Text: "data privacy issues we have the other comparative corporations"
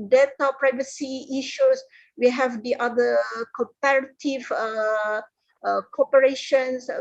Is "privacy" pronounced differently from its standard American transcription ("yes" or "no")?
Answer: no